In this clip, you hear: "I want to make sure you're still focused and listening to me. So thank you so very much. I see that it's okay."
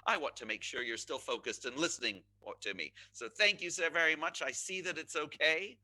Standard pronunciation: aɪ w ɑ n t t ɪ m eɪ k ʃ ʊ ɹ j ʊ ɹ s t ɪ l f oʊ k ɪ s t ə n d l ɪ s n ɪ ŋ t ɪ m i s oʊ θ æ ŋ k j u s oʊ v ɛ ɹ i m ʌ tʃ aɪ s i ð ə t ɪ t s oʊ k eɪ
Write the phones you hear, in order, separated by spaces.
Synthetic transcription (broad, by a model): aɪ w ɑ n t t ɪ m eɪ k ʃ ʊ ɹ j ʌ ɹ s t ɪ l f oʊ k ɪ s t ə n l ɪ s n ɪ ŋ t ɪ m i s oʊ θ æ ŋ k j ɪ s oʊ v ɛ ɹ i m ʌ tʃ aɪ s i ð ə t ɪ t s oʊ k eɪ